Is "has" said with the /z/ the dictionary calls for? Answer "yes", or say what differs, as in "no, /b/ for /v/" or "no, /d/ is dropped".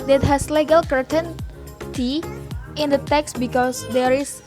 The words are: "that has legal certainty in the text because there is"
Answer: no, /s/ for /z/